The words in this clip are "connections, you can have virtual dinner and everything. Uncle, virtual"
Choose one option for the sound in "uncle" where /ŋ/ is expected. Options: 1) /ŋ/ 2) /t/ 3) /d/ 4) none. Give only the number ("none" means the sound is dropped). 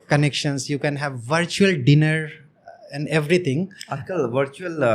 4